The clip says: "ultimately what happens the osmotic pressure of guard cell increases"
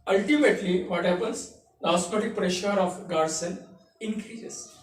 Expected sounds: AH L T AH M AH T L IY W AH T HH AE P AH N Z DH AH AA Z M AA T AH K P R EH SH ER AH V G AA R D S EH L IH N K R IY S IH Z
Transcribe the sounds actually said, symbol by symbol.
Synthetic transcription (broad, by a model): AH L T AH M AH T L IY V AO T HH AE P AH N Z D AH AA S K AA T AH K P R EH SH ER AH F G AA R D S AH N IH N K R IY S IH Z